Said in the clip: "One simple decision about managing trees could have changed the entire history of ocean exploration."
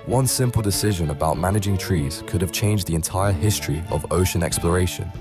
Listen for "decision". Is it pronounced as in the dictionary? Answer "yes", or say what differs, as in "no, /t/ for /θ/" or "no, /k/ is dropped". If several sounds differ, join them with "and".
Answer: yes